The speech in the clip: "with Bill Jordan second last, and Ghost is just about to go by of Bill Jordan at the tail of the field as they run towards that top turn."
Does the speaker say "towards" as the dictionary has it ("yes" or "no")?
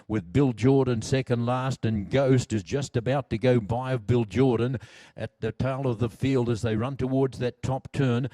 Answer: yes